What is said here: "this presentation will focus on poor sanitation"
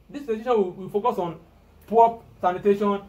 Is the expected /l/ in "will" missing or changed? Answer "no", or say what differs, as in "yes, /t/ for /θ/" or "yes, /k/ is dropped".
yes, /w/ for /l/